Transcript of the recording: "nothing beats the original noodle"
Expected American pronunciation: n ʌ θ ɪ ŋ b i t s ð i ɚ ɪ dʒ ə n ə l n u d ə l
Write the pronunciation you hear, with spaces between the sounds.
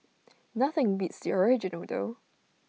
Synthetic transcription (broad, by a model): n ʌ θ ɪ ŋ b i t s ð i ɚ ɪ dʒ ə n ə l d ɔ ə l